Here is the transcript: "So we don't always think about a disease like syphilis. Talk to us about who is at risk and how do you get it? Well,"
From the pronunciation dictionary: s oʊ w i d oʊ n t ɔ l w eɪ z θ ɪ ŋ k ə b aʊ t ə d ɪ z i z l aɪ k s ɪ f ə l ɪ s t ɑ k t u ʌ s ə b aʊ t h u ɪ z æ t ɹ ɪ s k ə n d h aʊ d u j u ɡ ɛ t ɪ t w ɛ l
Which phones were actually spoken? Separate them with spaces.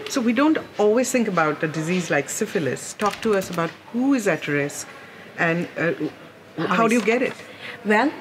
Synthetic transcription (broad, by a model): s oʊ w i d oʊ n t ɔ l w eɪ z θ ɪ ŋ k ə b aʊ t ə d ɪ z i z l aɪ k s ɪ f ə l ɪ s t ɑ k t u ʌ s ə b aʊ t h u ɪ z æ t ɹ ɪ s k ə n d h aʊ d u j u ɡ ɛ t ɪ t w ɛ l